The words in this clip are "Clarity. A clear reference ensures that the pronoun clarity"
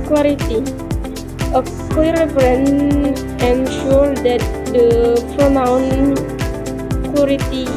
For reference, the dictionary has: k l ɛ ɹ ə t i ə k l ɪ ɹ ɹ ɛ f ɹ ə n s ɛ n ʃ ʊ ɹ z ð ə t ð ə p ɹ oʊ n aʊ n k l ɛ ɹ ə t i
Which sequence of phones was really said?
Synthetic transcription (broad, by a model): k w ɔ ɹ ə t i ə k ɔ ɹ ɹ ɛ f ɹ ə n ɛ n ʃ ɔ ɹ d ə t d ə p ɹ oʊ n aʊ n k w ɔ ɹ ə t i